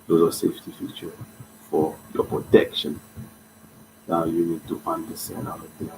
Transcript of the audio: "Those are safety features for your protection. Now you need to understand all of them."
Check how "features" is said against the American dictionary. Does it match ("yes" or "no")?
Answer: no